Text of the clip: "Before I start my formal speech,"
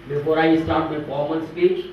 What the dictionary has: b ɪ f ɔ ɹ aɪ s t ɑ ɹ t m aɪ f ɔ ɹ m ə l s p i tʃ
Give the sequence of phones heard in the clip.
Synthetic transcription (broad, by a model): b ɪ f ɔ ɹ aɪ s t ɑ ɹ t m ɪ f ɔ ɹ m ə n s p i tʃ